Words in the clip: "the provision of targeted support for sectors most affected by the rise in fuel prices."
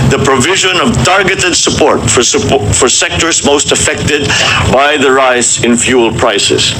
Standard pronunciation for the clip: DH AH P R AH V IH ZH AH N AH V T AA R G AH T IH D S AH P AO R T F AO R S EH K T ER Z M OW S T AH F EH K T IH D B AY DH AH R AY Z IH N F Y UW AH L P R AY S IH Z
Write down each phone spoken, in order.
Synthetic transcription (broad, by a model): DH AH P R AH V IH ZH AH N AH V T AA R G AH T IH D S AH P AO R T F AO R S EH K T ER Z M OW S T AH F EH K T IH D B AY DH AH R AY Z IH N F Y UW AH L P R AY S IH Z